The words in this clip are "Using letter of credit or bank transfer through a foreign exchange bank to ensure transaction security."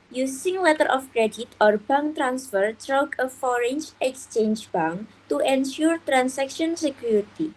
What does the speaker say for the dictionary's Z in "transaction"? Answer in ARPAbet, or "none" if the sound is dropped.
S